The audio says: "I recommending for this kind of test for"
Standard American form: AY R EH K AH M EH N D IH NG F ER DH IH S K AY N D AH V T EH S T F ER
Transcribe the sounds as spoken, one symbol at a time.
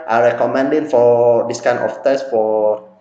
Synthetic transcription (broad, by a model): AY R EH K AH M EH N D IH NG F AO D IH S K AY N AH F T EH S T F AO